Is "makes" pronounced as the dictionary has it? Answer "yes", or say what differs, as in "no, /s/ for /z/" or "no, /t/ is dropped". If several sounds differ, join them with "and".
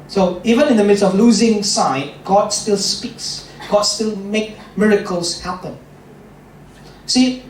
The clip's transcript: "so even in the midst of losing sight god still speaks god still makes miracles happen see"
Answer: no, /s/ is dropped